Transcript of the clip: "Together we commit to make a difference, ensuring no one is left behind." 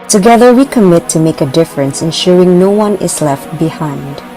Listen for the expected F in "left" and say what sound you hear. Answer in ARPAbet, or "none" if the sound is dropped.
F